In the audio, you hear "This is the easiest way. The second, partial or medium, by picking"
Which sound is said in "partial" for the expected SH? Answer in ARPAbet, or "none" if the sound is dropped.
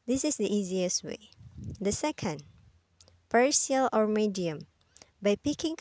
S